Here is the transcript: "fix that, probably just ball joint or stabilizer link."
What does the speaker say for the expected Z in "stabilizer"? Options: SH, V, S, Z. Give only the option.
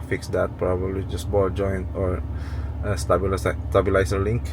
S